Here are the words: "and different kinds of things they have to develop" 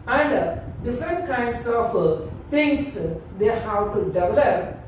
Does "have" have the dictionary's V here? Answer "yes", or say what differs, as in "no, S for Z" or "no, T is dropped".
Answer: no, W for V